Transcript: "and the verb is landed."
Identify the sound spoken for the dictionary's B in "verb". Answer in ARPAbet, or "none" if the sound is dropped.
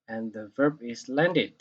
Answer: B